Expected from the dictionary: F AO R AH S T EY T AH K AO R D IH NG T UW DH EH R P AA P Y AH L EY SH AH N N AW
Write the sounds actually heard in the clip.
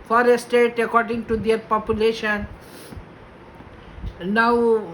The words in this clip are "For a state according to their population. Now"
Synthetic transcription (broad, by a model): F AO R AH S T EY T AH K AO R D IH NG T UW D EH R P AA P Y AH L EY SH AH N N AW